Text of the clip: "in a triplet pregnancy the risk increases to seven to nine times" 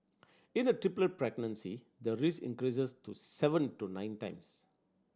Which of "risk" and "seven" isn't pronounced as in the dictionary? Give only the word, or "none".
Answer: risk